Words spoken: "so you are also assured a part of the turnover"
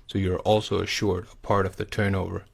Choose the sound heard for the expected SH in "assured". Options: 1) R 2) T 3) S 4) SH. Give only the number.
4